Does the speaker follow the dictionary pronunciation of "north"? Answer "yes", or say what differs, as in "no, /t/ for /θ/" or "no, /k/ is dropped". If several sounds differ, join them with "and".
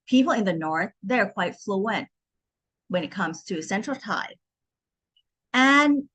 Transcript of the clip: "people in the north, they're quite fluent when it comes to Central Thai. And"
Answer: yes